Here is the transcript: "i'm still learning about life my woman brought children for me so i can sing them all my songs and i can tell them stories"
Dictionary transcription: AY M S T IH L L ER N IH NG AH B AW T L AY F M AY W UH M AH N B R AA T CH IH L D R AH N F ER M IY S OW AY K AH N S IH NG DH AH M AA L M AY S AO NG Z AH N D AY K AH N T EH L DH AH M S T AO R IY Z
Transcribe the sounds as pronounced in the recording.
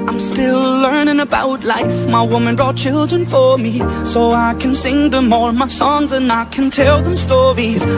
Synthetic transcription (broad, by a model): AY M S T IH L L ER N IH NG AH B AW T L AY F M AY W UH M AH N B R AA T CH IH L D R AH N F ER M IY S OW AY K AH N S IH NG DH AH M AA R M AY S AO NG Z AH N AY K AH N T EH L DH AH M S T AO R IY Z